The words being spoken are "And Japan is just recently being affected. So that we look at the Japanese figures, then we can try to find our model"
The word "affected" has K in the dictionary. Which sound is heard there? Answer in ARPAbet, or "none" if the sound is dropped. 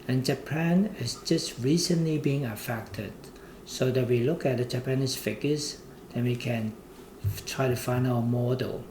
K